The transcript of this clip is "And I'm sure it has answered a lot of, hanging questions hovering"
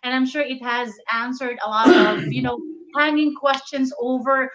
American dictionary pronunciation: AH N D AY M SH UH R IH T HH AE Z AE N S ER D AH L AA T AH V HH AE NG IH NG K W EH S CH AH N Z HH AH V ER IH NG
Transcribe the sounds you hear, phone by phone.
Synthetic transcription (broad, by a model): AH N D AY M SH UH R IH T HH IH Z AE N S ER D AH L AA T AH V HH AE NG IH NG K W EH S CH AH N Z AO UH V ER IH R